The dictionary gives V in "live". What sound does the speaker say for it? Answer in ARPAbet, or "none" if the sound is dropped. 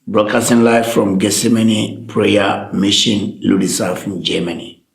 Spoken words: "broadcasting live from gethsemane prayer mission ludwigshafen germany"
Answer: F